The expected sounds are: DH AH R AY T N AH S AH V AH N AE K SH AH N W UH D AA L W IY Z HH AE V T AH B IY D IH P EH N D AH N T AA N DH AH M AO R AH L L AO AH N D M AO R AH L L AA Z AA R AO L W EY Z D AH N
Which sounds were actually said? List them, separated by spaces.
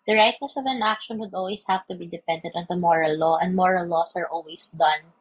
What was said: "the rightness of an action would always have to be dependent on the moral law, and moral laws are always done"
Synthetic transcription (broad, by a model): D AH R AY T N AH S AH V AH N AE K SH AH N W UH D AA L W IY S HH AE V T AH B IY D IH P EH N D AH N T AA N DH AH M AO R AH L L AO AH N D M AO R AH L L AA S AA R AO L W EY S D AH N